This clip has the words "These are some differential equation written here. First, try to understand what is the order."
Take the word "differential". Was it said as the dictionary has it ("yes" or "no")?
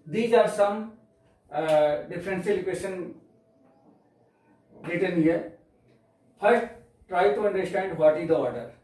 no